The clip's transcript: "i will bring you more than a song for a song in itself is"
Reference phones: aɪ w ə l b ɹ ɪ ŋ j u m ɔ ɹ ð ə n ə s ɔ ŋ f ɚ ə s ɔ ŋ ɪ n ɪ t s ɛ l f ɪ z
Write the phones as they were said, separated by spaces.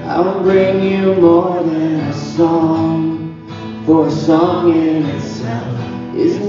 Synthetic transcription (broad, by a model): aɪ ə n b ɹ ɪ ŋ j u m ɔ ɹ ð ə n ə s ɔ ŋ f ɚ ə s ɔ ŋ ɪ n ɪ t s ɛ l f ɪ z